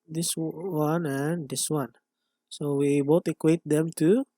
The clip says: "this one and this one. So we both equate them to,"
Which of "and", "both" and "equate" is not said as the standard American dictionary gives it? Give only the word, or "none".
both